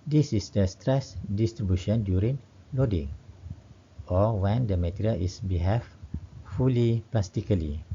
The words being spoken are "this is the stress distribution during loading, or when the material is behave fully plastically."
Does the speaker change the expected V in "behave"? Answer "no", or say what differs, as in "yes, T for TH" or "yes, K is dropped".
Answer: yes, F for V